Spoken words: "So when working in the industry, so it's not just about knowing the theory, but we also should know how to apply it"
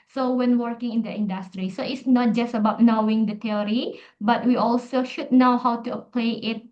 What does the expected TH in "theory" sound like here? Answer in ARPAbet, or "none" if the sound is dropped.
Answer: T